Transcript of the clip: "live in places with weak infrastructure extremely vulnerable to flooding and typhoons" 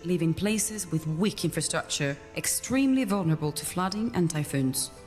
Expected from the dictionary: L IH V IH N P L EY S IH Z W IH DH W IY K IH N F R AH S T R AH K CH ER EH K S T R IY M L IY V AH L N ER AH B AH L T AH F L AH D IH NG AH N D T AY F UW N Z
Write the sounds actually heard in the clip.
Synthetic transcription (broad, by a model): L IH V IH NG P L EY S IH Z W IH DH W IY K IH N F R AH S T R AH K CH ER EH K S T R IY M L IY V AH L N ER AH B AH L T AH F L AH D IH NG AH N T AY F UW N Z